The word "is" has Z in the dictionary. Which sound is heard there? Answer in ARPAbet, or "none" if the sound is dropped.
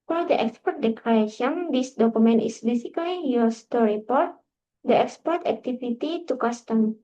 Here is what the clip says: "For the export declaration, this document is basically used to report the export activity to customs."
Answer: S